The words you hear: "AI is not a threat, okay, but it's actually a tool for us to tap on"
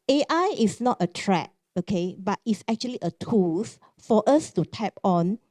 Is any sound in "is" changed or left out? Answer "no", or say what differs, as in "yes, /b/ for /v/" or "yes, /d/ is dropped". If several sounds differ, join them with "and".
yes, /s/ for /z/